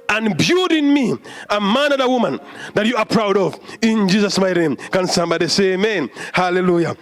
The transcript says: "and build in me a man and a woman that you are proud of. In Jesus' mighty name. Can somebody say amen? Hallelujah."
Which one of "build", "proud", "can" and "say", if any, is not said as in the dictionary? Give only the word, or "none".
build